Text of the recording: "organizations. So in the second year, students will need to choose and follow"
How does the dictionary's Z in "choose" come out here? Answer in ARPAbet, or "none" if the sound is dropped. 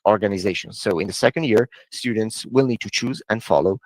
Z